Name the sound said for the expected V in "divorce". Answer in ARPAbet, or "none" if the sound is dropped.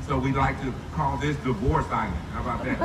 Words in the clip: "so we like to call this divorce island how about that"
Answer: V